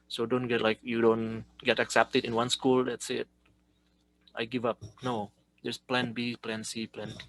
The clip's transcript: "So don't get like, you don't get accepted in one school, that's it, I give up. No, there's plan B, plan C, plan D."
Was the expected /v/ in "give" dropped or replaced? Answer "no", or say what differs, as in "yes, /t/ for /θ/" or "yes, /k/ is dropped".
no